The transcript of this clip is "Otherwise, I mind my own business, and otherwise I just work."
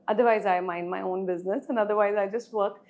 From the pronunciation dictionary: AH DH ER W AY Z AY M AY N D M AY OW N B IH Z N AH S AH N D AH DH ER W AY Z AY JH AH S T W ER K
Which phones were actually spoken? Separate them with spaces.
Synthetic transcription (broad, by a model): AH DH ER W AY Z AY M AY N D M AY OW N B IH Z N AH S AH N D AH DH ER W AY Z AY JH AH S T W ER K